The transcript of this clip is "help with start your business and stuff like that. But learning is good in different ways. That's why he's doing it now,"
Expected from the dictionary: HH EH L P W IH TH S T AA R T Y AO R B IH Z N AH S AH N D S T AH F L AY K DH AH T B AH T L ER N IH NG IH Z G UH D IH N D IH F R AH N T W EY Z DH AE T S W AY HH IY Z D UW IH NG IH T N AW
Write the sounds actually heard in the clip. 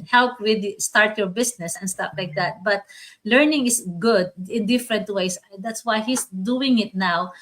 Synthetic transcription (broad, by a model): HH EH L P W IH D S T AA R T Y AO R B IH S N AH S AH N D S T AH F L AY K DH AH T B AH T L ER N IH NG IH S G UH D IH N D IH F R AH N T W EY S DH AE T S W AY HH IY S D UW IH NG IH T N AW